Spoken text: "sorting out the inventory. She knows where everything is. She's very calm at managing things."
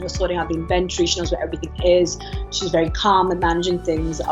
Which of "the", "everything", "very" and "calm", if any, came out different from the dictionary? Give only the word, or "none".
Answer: none